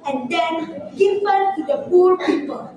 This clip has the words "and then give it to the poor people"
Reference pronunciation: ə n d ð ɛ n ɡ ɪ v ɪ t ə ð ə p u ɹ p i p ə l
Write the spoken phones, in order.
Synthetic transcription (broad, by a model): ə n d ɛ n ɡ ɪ f ɪ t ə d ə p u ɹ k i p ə